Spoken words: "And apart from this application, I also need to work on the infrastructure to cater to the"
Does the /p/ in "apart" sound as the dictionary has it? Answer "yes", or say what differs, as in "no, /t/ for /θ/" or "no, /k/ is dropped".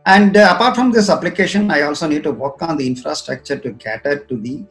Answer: yes